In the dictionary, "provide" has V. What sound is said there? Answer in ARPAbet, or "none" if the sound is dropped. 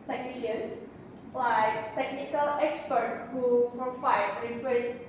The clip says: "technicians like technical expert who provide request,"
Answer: F